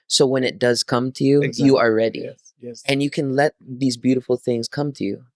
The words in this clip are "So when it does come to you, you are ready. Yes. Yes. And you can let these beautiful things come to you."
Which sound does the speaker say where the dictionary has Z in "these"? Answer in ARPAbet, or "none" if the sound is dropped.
Z